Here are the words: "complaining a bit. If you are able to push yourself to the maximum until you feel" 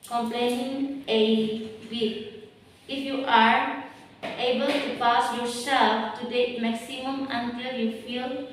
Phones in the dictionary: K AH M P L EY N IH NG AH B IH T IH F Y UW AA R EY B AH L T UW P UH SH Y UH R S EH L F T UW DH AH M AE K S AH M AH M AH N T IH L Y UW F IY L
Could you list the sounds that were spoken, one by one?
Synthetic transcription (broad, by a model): K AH M P L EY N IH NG AH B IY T IH F Y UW AA R EY B AH L T UW P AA S Y UH R S EH L F T UW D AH M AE K S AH M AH M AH N T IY L Y UW F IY L